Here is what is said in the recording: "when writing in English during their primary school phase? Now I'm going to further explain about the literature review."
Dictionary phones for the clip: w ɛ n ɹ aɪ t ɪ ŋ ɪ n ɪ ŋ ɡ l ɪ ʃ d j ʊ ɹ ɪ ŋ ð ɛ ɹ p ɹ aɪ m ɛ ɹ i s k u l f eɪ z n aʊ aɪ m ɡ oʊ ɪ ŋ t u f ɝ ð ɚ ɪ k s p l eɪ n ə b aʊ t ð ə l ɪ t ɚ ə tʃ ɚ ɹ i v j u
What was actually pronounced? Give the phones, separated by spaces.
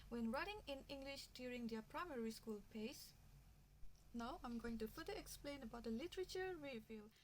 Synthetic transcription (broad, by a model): w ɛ n ɹ aɪ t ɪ ŋ ɪ n ɪ ŋ ɡ l ɪ ʃ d j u ɹ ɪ ŋ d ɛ p ɹ aɪ m ɛ ɹ i s k u l p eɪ s n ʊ aɪ m ɡ oʊ ɪ ŋ t u f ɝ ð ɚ ɪ k s p l eɪ n ə b aʊ t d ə l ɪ t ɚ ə tʃ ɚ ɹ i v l